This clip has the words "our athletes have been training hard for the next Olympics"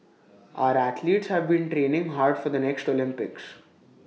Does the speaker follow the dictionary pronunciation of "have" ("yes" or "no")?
yes